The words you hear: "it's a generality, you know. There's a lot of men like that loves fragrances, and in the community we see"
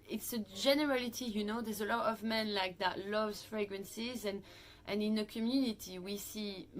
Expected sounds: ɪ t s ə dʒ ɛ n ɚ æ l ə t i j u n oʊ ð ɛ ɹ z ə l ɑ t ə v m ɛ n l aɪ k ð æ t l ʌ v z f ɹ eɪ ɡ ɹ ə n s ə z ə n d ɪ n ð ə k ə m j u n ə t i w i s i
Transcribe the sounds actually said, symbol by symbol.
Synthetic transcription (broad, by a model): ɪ t s ə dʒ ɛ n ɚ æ l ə t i j u n oʊ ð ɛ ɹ z ə l ɑ t ə v m ɛ n l aɪ k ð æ t l ʌ v z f ɹ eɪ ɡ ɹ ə n s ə z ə n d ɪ n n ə k ə m j u n ə t i w i s i